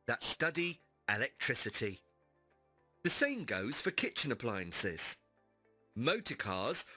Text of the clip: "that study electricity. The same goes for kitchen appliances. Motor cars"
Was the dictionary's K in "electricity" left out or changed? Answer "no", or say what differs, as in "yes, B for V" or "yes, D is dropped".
no